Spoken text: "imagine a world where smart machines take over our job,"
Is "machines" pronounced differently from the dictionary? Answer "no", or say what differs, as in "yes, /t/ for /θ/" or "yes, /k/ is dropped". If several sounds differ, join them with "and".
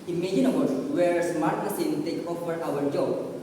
yes, /s/ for /ʃ/ and /z/ is dropped